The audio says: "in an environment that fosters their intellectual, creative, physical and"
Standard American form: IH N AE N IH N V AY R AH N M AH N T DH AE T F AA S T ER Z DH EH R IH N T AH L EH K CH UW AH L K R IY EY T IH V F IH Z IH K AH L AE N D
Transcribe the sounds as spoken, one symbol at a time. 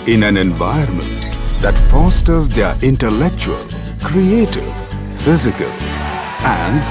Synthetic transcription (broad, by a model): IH N AE N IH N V AY AH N M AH N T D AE T F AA S T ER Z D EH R IH N T AH L EH K CH UW AH L K R IY EY T IH V F IH Z IH K AH L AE N D